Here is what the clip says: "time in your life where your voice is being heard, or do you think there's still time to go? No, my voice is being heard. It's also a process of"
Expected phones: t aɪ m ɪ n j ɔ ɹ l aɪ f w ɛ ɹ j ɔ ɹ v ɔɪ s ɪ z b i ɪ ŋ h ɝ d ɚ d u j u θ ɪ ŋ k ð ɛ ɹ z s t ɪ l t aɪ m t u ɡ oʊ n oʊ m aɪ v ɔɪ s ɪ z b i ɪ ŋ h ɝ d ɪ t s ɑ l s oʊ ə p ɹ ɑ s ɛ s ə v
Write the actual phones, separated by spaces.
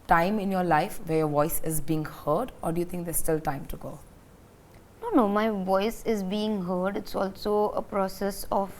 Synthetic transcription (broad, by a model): t aɪ m ɪ n j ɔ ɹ l aɪ f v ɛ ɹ j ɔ v ɔɪ s ɪ z b i ɪ ŋ h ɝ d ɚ d u j u t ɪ ŋ k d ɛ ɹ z s t ɪ l t aɪ m t u ɡ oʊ n oʊ m aɪ v ɔɪ s ɪ z b i ɪ ŋ h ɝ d ɪ t s ɑ l s oʊ ə p ɹ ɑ s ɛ s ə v